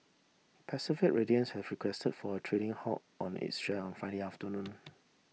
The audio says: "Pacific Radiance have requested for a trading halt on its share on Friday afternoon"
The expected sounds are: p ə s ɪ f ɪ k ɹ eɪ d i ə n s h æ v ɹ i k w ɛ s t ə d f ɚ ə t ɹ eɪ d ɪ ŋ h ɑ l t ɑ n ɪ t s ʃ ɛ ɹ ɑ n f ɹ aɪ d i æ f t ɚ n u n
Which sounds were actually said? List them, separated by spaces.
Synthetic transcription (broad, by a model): p ə s ɪ f ɪ k ɹ eɪ d i ə n s h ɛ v ɹ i k w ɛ s t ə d f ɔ ə t ɹ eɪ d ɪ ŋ h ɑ t ɑ n ɪ t s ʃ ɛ ɑ n f aɪ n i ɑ f t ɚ n u n